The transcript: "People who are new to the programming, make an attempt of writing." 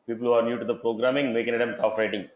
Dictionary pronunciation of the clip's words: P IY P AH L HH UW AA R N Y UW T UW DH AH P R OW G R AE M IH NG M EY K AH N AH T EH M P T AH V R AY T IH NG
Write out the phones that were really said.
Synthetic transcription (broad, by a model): P IY P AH L HH UW AA R N Y UW T UW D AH P R OW G R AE M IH NG M EY K AH N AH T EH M T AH F R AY T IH NG